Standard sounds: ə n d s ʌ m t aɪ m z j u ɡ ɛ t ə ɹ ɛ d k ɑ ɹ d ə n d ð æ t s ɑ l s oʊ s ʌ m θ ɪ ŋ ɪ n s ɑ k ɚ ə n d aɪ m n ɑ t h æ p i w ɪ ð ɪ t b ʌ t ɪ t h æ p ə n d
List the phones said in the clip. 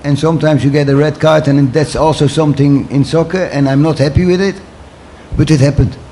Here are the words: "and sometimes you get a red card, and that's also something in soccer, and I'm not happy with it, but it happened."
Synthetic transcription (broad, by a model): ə n s ʌ m t aɪ m z j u ɡ ɛ t ə ɹ ɛ d k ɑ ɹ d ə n ð æ t s ɑ l s oʊ s ʌ m θ ɪ ŋ ɪ n s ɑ k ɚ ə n aɪ m n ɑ t h æ p i w ɪ ð ɪ t b ʌ t ɪ t h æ p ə n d